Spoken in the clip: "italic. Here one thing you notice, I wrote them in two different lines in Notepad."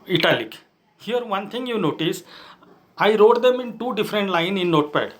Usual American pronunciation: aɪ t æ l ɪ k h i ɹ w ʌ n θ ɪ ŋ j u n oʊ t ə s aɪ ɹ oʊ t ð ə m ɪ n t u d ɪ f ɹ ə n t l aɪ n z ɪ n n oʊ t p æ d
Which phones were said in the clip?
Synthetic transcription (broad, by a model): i t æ l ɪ k h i ɹ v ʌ n t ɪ ŋ j u n oʊ t ə s aɪ ɹ oʊ t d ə m ɪ n t u d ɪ f ɹ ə n t l aɪ n ɪ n n oʊ t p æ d